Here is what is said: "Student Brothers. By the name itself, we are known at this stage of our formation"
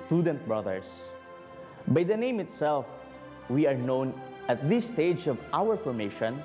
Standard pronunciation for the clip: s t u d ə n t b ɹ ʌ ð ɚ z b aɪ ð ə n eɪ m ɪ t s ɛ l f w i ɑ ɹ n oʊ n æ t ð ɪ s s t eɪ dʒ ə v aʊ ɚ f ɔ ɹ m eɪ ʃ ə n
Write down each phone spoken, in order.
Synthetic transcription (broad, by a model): s t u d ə n t b ɹ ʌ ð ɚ s b aɪ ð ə n eɪ m ɪ t s ɛ l f w i ɑ ɹ n oʊ n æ t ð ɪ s s t eɪ dʒ ə v aʊ ɚ f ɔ ɹ m eɪ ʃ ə n